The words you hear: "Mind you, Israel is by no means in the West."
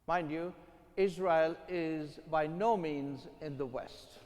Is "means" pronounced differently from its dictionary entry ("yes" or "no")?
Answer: no